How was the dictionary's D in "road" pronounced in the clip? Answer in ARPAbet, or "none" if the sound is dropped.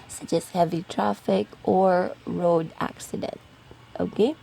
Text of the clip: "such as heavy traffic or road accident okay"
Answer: D